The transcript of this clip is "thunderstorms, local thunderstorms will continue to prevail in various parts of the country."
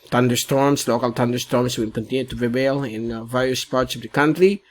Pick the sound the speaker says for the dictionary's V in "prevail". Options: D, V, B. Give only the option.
B